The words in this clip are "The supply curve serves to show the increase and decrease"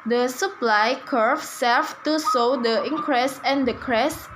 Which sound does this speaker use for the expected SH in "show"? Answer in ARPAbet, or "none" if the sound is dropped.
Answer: S